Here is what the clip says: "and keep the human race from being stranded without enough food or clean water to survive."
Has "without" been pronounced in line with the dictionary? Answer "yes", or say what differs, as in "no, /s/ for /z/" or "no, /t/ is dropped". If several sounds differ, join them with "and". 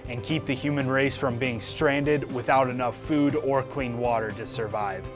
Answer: yes